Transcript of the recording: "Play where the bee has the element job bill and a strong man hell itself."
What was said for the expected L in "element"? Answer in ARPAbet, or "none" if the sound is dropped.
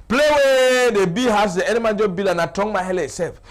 N